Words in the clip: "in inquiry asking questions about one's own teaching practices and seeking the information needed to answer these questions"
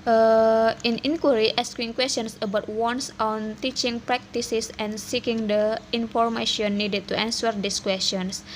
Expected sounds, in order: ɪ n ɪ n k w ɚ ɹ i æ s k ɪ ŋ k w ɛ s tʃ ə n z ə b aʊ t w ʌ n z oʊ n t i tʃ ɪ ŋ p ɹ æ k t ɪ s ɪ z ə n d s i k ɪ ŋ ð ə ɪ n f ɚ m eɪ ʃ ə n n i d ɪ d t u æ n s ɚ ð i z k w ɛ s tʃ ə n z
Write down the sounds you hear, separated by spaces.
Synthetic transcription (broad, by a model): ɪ n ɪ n k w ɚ ɹ i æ s k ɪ ŋ k w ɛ s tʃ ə n s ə b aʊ t w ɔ n s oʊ n t i tʃ ɪ ŋ p ɹ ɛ k t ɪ s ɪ s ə n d s i k ɪ ŋ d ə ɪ n f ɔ m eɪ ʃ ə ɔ n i d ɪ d t u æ n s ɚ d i s k w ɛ s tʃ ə n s